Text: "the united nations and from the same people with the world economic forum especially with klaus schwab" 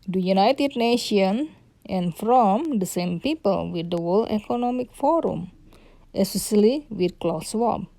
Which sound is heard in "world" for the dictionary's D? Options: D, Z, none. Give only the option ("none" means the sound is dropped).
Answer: none